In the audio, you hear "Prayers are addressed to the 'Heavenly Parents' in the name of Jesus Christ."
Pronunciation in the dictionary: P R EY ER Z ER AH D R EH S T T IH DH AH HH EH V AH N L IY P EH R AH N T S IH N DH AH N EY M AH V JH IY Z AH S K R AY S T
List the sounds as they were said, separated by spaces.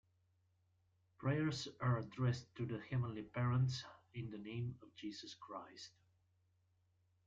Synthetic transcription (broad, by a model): P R EY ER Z ER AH D R EH S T T IH DH AH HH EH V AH N L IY P EH R AH N T S IH N DH AH N EY M AH V JH IY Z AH S K R AY S T